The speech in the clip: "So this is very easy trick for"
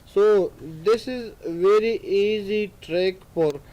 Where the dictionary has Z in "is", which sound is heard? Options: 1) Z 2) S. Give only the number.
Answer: 1